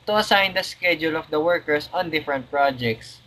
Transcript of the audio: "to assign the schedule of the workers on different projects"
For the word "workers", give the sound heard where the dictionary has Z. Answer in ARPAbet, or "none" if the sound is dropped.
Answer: S